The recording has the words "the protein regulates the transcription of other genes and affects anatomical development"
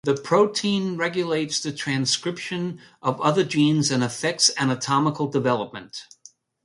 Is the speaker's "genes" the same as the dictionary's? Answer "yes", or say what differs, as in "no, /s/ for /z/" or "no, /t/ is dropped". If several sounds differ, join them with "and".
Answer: yes